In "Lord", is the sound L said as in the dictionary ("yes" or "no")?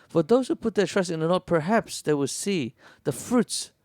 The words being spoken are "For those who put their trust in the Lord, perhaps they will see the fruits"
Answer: no